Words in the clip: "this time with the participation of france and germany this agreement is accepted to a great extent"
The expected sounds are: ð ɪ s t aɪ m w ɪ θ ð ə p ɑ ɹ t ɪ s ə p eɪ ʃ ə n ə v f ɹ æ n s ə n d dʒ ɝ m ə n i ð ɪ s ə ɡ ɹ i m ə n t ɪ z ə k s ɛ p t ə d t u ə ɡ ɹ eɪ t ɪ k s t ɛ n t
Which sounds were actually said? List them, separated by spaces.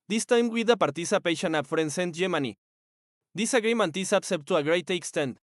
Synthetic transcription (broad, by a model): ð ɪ s t aɪ m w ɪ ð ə p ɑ ɹ t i s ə p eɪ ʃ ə n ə p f ɹ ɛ n s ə n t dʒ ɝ m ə n i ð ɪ s ə ɡ ɹ i m ə n t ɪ s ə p s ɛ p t t u ə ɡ ɹ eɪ t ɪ k s t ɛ n t